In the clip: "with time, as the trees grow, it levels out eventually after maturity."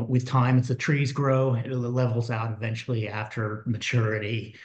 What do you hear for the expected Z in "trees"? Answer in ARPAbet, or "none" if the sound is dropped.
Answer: Z